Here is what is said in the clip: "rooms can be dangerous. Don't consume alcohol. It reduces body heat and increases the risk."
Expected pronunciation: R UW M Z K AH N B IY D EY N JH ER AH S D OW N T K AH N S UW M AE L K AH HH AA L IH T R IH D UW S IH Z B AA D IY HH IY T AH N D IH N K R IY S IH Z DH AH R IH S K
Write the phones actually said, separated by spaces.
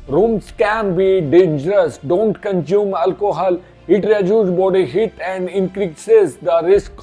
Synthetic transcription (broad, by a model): R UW M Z K AH N B IY D EY N JH ER AH S D OW N T K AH N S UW M AE L K AH HH AA L IH T R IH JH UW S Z B AA D IY HH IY T AH N D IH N K R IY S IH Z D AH R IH S K